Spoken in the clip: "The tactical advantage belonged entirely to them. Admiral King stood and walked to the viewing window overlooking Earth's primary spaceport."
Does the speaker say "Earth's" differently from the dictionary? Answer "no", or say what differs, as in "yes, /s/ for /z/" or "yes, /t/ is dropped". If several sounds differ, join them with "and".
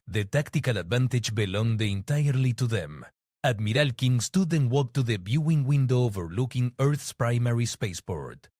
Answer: no